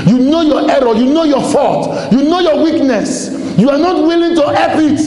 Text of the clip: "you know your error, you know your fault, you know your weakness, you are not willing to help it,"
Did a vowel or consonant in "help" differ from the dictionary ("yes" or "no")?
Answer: yes